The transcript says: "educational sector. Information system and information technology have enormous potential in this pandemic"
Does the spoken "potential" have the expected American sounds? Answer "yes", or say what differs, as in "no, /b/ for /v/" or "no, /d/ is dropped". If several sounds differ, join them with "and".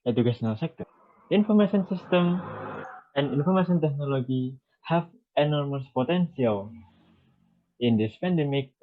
no, /s/ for /ʃ/